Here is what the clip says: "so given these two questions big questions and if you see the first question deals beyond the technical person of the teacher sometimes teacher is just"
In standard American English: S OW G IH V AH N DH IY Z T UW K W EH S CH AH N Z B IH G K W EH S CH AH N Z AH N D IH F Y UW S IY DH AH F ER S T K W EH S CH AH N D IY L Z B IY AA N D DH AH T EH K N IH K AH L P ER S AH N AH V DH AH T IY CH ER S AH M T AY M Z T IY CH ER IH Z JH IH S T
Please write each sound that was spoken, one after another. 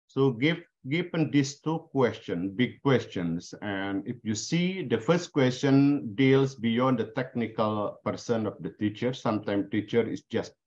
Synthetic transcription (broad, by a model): S OW G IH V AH N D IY S T UW K W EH S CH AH N B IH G K W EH S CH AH N S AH N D IH F Y UW S IY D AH F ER S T K W EH S CH AH N D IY L S B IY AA N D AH T EH K N IH K AH L P ER S AH N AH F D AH T IY CH ER S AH M T AY M T IY CH ER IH S JH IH S T